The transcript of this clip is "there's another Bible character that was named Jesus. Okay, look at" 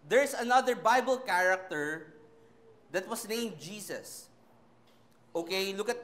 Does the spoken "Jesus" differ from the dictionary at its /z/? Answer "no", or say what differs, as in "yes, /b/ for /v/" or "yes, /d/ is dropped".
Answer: yes, /s/ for /z/